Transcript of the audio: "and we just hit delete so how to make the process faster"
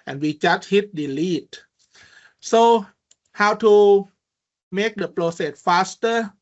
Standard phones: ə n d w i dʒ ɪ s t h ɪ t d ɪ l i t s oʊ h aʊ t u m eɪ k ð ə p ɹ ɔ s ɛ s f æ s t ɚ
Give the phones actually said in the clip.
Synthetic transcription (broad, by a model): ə n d w i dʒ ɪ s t h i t d ɪ l i t s oʊ h aʊ t u m eɪ k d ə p l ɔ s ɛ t f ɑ s t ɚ